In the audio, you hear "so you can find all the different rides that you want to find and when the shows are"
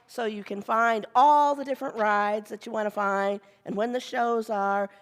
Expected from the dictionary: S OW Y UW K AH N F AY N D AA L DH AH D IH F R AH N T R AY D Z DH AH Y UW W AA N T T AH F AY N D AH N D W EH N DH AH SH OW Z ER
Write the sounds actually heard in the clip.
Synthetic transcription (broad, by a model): S OW Y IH K AH N F AY N D AA L DH AH D IH F R AH N T R AY D Z DH AH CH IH W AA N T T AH F AY N D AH N W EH N DH AH SH OW Z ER